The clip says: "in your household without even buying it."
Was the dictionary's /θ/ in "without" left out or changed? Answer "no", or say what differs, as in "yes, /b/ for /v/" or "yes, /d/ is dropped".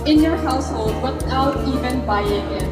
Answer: yes, /t/ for /θ/